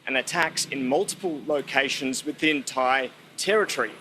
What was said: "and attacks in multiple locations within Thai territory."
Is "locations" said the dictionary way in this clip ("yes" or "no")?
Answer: yes